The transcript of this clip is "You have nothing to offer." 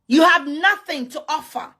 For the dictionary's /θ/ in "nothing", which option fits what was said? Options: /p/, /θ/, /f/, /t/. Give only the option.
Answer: /θ/